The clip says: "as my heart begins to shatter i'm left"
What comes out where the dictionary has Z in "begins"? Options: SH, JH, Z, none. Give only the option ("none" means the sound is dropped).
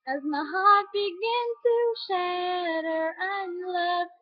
none